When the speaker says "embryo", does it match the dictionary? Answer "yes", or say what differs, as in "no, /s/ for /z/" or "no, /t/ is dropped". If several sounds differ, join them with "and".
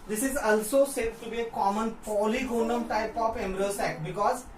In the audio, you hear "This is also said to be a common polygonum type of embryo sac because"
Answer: no, /b/ is dropped